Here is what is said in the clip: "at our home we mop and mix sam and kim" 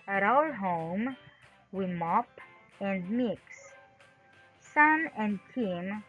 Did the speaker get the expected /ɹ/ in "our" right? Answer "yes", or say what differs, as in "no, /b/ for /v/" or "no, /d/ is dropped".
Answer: no, /l/ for /ɹ/